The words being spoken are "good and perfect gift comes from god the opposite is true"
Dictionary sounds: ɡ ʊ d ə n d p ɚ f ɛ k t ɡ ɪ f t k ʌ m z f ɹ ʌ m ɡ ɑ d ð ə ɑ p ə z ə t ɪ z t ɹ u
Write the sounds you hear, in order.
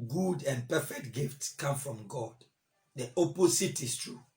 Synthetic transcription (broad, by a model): ɡ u d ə n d p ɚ f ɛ k t ɡ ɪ f t k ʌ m f ɹ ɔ m ɡ ɑ d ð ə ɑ p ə s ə t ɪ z t ɹ u